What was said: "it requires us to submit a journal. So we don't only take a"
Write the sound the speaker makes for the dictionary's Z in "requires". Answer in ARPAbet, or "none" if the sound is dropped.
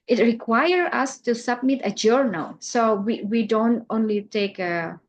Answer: none